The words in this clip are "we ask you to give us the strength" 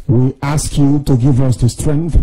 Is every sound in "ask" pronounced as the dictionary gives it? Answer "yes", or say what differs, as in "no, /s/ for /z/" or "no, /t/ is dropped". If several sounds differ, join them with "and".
yes